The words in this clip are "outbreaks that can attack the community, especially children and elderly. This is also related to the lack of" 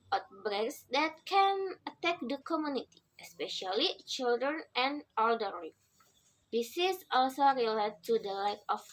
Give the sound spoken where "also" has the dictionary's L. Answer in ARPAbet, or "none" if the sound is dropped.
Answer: L